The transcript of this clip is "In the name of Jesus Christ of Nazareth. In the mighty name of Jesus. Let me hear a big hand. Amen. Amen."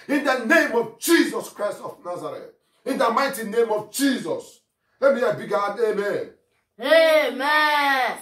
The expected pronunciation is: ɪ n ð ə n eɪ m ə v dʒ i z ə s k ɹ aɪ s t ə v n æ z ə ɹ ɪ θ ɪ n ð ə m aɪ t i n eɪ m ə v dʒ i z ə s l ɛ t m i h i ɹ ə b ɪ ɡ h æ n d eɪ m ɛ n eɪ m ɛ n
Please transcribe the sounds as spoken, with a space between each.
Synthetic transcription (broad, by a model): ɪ n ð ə n eɪ m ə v dʒ i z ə s k ɹ aɪ s t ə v n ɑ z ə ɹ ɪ t ɪ n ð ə m aɪ t i n eɪ m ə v dʒ i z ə s l ɛ t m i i ə b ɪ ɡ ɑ d eɪ m ɛ n eɪ m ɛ